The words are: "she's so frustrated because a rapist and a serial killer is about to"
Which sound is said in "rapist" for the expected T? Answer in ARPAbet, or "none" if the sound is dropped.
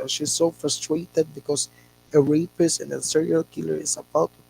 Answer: none